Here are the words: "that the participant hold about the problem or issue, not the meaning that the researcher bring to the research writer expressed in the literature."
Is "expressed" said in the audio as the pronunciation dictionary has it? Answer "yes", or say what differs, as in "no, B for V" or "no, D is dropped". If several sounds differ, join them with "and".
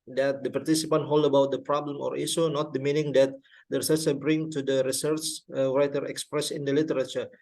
no, T is dropped